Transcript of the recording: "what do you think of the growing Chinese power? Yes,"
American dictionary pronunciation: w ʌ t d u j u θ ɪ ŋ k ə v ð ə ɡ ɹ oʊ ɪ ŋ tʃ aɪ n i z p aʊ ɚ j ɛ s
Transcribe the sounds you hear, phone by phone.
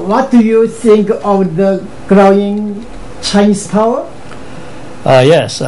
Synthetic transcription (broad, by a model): w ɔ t d u j u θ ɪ ŋ k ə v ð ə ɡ ɹ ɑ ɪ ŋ tʃ aɪ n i s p aʊ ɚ j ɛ s